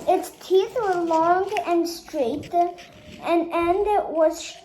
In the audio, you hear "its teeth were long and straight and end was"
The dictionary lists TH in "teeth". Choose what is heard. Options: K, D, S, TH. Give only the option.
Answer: TH